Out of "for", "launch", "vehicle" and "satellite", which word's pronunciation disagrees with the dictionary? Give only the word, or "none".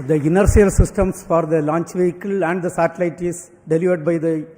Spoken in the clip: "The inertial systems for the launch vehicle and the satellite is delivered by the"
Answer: none